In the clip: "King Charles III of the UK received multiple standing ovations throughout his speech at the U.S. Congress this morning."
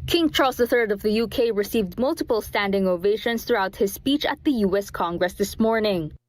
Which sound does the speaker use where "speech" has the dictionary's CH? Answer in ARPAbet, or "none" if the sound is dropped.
CH